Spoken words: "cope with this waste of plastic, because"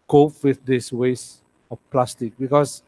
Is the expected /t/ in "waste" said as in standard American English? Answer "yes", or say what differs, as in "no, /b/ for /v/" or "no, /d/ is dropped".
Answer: no, /t/ is dropped